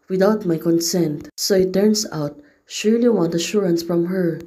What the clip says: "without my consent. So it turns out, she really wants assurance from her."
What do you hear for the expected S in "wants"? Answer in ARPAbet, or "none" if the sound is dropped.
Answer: none